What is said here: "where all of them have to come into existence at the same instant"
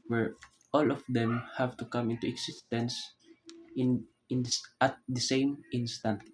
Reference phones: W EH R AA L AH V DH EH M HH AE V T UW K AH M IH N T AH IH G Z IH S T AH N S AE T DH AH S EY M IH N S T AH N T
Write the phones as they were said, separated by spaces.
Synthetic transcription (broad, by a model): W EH R AA L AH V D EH M HH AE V T UW K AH M IH N T AH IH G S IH S T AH N S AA T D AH S EY M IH N S T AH N T